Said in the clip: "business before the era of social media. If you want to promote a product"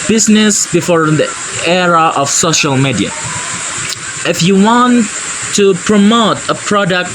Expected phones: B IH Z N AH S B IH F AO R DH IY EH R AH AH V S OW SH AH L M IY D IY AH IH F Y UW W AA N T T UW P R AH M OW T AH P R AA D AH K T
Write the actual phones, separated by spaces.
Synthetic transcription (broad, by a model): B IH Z N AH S B IH F AO R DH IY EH R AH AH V S OW SH AH L M IY D IY AH IH F Y UW W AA N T T UW P R AH M OW T AH P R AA D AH K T